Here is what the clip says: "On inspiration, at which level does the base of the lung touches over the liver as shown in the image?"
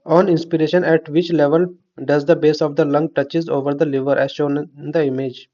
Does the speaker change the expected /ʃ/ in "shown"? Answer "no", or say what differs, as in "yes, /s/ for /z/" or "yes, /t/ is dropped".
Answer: no